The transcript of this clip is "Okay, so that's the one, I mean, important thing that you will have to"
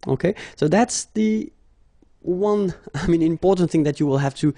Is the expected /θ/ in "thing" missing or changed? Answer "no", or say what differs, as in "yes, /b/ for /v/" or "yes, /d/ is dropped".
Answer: no